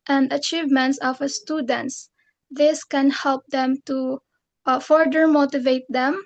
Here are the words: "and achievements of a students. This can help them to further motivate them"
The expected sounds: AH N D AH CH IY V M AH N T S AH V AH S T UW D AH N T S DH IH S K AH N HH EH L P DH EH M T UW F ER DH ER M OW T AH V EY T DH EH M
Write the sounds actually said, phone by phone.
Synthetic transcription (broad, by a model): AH N D AH CH IY V M AH N T S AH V AH S T UW D AH N T S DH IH S K AH N HH EH L P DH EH M T UW F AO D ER M OW T AH V EY T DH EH M